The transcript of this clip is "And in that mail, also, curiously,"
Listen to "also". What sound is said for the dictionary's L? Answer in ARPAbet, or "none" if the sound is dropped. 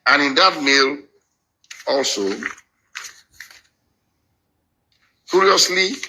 L